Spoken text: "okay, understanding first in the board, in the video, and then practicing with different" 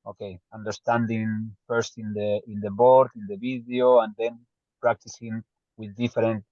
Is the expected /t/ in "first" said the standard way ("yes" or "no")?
yes